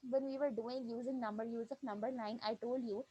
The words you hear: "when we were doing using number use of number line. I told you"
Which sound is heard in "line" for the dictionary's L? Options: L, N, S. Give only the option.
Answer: N